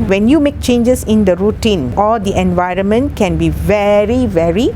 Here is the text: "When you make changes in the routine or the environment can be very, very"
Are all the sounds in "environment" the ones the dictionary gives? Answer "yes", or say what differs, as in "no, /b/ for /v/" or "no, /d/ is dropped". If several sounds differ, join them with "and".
yes